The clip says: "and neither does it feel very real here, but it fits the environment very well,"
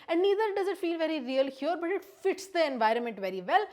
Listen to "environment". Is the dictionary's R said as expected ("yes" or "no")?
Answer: yes